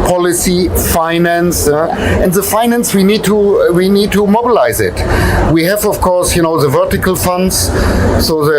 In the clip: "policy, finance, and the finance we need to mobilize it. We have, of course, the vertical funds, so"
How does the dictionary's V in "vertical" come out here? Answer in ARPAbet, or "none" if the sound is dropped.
V